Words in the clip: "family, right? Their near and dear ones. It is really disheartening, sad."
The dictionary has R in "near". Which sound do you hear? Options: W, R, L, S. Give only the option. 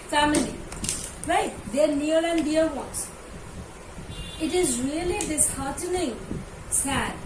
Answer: L